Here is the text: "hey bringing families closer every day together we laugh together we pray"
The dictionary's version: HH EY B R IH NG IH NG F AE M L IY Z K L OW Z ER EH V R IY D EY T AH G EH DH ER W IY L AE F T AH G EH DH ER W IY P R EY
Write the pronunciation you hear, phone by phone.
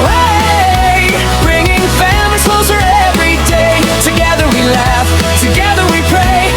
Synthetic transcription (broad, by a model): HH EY B R IH NG IH NG F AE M IY K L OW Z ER EH V R IY D EY T AH G EH DH ER W IY L AE F T AH G EH DH ER W IY P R EY